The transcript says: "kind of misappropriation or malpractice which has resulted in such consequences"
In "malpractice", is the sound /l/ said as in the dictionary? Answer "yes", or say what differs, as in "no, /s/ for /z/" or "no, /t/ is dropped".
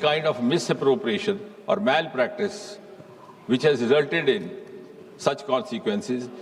yes